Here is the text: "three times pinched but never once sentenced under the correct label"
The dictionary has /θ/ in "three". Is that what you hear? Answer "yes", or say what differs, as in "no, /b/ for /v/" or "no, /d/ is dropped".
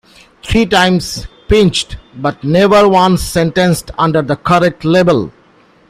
no, /t/ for /θ/